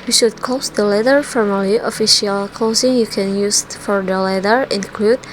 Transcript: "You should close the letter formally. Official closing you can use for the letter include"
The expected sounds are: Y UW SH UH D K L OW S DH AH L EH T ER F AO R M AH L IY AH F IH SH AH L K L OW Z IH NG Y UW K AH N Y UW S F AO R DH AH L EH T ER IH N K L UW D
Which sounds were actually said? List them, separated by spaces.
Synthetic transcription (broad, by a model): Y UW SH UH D K OW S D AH L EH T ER F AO R M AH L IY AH F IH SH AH L K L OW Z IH NG Y UW K AH N Y UW S F AO R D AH L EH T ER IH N K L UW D